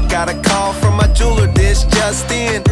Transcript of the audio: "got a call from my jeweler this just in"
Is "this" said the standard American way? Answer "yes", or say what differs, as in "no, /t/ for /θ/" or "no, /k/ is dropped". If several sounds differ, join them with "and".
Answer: no, /ʃ/ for /s/